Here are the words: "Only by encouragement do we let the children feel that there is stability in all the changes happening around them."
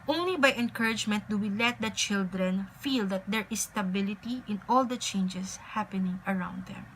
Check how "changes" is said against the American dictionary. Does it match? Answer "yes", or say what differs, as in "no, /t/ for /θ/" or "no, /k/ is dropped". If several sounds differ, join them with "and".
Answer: no, /s/ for /z/